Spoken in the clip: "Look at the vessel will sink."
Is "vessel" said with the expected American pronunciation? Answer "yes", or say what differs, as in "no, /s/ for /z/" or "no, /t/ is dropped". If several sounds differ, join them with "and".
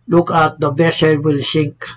no, /b/ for /v/